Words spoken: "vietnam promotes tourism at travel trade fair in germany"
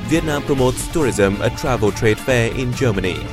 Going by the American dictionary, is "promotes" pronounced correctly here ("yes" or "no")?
yes